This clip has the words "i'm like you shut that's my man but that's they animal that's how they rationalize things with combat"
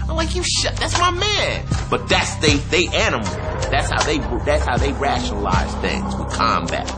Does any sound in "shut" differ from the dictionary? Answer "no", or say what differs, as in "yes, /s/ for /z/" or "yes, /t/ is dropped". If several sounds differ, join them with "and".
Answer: no